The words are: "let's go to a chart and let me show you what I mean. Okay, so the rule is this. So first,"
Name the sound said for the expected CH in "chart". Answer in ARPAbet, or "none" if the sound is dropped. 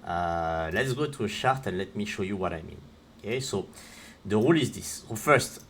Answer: SH